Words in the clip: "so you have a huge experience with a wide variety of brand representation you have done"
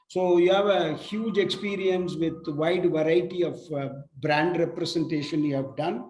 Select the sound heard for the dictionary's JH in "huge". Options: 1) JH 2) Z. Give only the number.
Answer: 1